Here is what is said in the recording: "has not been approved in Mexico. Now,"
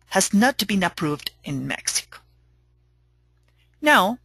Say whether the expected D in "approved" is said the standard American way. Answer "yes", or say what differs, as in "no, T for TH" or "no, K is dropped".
yes